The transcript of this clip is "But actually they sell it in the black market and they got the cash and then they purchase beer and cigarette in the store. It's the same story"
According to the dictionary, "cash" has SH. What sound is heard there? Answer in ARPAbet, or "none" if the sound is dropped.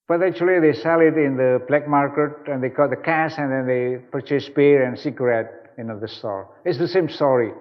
S